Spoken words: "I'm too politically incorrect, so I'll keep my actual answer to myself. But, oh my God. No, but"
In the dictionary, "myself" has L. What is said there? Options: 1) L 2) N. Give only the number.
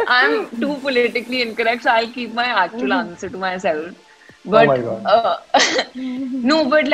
1